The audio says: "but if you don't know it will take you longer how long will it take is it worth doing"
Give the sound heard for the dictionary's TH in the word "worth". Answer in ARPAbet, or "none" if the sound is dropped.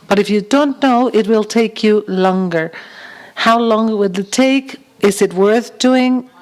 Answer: TH